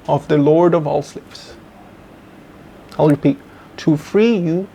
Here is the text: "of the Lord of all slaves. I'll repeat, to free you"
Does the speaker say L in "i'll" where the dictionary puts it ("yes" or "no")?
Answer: yes